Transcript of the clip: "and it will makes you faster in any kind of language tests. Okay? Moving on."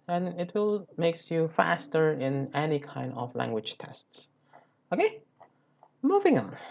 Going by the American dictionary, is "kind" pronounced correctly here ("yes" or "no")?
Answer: yes